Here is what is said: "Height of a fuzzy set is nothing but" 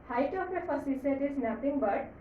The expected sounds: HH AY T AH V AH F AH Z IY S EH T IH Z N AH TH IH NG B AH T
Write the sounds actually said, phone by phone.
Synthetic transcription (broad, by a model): HH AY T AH P AH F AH S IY S EH T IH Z N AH T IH NG B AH T